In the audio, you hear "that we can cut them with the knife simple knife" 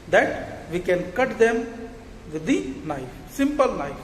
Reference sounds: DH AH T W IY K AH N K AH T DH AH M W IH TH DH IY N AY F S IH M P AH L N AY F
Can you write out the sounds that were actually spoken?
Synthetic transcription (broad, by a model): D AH T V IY K AH N K AH T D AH M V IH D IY N AY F S IH M P AH L N AY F